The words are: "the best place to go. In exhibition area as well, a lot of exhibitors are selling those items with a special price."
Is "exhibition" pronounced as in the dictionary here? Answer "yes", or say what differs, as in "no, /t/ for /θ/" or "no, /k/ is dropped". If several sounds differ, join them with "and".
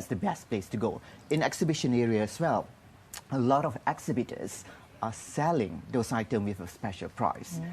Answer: yes